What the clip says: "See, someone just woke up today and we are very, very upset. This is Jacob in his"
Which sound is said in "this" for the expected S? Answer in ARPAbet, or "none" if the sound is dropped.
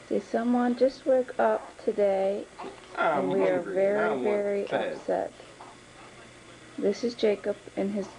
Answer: S